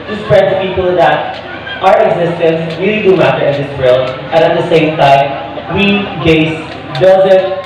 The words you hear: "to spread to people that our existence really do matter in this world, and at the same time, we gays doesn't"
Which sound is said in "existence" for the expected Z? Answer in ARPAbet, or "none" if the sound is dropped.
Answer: Z